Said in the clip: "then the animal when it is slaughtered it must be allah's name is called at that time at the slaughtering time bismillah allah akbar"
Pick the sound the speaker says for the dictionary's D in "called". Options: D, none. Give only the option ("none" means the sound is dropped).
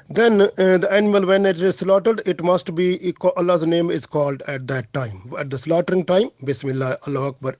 D